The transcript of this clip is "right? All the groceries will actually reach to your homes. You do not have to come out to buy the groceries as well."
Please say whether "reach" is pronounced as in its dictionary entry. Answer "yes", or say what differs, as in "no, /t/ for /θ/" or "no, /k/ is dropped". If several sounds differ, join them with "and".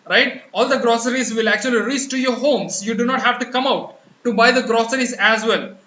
no, /s/ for /tʃ/